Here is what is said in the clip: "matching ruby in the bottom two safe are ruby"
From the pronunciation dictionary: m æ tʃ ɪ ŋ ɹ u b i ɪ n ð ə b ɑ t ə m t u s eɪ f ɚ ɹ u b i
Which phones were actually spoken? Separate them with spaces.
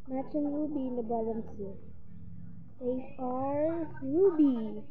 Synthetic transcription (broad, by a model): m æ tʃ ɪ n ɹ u b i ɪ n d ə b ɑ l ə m s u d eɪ ɚ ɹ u b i